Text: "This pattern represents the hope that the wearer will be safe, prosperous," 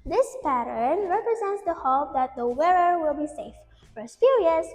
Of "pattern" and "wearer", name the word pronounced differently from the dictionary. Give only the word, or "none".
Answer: none